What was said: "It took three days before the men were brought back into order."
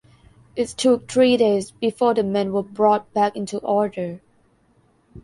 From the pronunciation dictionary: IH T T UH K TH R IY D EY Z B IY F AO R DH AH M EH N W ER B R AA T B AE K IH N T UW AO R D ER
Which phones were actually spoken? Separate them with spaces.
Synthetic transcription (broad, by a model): IH T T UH K T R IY D EY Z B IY F AO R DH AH M EH N W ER B R AA T B AE K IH N T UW AO R D ER